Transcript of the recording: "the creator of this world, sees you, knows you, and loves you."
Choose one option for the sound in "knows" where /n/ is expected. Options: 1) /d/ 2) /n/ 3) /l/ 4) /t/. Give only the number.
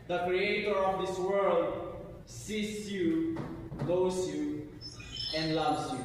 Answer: 3